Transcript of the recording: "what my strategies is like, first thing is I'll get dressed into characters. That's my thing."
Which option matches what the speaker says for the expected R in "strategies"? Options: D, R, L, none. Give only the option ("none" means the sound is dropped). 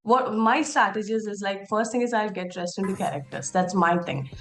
none